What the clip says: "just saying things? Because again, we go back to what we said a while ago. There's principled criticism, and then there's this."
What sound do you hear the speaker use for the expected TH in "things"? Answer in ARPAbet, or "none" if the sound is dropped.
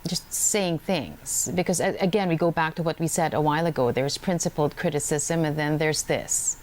TH